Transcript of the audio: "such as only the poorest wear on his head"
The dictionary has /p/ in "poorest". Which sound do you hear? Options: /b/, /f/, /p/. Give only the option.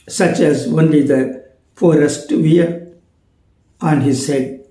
/f/